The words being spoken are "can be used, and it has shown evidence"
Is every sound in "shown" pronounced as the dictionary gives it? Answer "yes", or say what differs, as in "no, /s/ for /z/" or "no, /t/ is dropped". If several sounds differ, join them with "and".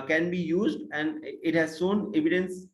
no, /s/ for /ʃ/